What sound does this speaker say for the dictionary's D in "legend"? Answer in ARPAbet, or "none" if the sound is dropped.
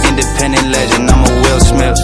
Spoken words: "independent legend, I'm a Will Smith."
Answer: none